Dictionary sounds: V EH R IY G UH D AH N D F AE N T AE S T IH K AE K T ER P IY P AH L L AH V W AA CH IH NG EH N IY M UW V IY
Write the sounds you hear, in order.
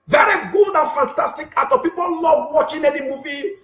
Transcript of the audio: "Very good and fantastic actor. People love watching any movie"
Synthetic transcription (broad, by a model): V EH R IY G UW D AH N F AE N T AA S T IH K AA T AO P IY P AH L L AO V W AA CH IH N EH N IY M UW V IY